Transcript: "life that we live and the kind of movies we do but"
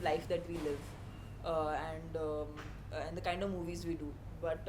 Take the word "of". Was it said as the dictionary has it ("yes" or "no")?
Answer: yes